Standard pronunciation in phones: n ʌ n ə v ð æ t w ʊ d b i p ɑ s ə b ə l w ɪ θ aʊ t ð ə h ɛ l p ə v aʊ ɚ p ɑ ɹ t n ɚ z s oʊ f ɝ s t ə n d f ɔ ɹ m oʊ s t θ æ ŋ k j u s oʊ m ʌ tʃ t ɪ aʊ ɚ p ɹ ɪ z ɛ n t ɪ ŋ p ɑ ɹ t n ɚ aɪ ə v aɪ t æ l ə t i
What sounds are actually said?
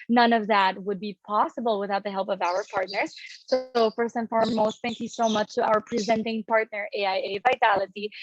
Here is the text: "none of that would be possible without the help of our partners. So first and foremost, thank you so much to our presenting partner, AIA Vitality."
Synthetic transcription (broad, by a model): n ʌ n ə v ð æ t w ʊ d b i p ɑ s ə b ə l w ɪ θ aʊ t ð ə h ɛ l p ə v aʊ ɚ p ɑ ɹ t n ɚ z s oʊ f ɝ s ə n f ɔ ɹ m oʊ s t θ æ ŋ k j u s oʊ m ʌ tʃ t ɪ aʊ ɚ p ɹ ɪ z ɛ n t ɪ ŋ p ɑ ɹ t n ɚ aɪ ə v aɪ t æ l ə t i